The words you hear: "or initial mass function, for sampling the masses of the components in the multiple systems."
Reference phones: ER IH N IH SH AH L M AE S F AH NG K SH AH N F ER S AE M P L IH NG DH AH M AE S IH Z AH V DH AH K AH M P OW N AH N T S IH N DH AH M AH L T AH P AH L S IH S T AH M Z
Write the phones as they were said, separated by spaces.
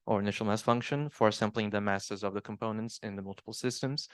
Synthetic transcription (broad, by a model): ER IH N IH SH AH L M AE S F AH NG K SH AH N F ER S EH M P L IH NG DH AH M AE S IH Z AH V DH AH K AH M P OW N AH N T S IH N DH AH M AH L T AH P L S IH S T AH M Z